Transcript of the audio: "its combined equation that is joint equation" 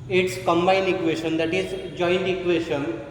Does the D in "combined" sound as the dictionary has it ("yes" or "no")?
no